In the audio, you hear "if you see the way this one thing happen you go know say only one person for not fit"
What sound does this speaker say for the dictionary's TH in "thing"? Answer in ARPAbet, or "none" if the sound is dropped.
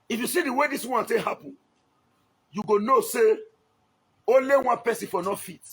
T